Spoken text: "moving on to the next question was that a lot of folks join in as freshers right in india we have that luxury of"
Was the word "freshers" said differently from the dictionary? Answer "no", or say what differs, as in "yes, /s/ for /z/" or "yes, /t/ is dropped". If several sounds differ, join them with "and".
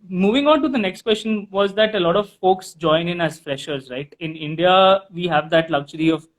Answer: no